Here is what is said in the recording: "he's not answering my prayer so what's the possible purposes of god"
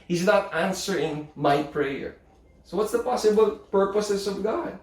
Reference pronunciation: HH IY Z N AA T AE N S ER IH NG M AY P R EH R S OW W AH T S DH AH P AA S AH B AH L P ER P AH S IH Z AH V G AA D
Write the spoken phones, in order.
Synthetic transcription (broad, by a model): HH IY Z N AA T AE N S ER IH NG M AY P R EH R S OW W AH T S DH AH P AA S AH B AH L P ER P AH S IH S AH V G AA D